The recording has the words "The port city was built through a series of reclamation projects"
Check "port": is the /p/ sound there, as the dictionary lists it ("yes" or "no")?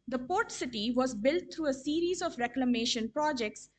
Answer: yes